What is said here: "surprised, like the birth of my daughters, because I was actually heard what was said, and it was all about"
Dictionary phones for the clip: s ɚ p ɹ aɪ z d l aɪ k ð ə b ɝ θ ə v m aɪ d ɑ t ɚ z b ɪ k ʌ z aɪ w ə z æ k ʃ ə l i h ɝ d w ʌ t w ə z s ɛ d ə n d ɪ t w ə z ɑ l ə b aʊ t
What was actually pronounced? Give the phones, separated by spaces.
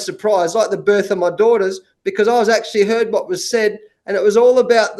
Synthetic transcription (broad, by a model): s ɚ p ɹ aɪ z l aɪ k ð ə b ɝ θ ə v m aɪ d ɑ t ɚ z b ɪ k ʌ z aɪ w ə z æ k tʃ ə l i h ɝ d w ʌ t w ə z s ɛ d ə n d ɪ t w ə z ɑ l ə b aʊ t